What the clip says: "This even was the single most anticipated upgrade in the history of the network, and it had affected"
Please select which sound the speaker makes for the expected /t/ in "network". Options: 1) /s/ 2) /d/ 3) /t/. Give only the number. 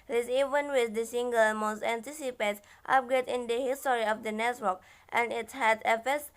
1